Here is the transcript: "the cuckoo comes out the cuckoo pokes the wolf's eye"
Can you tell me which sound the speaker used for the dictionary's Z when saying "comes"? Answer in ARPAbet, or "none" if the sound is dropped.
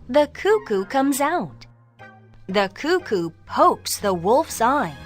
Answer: Z